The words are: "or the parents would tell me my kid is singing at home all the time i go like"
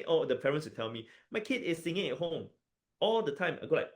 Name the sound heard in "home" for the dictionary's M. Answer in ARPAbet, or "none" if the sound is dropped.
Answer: M